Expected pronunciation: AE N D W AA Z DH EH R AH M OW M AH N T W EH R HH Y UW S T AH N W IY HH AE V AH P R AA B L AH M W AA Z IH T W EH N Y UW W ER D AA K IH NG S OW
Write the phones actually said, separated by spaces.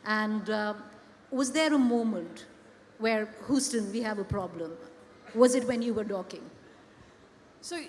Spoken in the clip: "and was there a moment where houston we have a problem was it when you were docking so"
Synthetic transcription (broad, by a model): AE N D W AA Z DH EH R AH M OW M AH N T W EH R HH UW S T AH N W IY HH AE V AH P R AA B L AH M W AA Z IH T W EH N Y UW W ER D AA K IH NG S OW